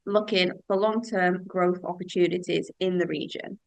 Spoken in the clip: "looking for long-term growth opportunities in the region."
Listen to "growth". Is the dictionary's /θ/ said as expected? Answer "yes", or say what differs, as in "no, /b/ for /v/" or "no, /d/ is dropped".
yes